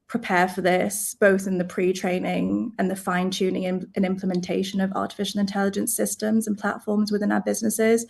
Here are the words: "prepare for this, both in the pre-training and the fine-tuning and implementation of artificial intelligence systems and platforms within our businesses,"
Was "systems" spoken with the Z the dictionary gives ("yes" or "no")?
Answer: yes